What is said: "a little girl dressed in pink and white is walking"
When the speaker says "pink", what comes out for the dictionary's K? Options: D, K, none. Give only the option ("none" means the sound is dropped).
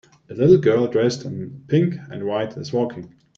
K